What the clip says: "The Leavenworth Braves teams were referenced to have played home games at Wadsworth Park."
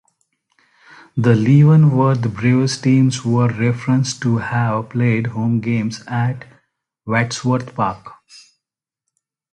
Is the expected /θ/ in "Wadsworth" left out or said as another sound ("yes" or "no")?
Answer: yes